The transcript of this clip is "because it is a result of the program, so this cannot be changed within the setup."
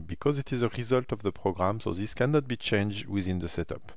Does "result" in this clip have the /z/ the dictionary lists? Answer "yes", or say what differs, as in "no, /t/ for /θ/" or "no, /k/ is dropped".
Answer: yes